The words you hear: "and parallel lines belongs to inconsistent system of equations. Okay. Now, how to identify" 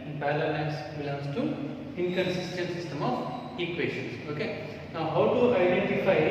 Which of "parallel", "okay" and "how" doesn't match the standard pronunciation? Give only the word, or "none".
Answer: parallel